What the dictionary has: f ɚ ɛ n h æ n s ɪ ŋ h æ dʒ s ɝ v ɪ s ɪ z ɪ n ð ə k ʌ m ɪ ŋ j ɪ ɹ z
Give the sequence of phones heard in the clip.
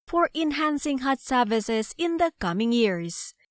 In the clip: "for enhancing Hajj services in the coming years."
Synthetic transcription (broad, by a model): f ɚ ɛ n h æ n s ɪ ŋ h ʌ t s ɝ v ɪ s ɪ z ɪ n ð ə k ʌ m ɪ ŋ j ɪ ɹ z